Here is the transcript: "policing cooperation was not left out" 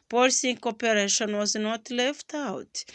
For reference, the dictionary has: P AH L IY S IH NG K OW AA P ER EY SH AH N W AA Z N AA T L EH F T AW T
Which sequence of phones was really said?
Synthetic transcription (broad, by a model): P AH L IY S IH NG K OW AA P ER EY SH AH N W AA Z N AA T L EH F T AW T